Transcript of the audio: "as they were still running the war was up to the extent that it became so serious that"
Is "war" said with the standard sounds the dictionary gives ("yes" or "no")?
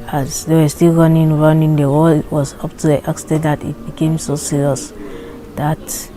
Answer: no